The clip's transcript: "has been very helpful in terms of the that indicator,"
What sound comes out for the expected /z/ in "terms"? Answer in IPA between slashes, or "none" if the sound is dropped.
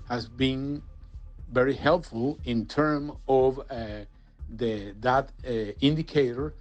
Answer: none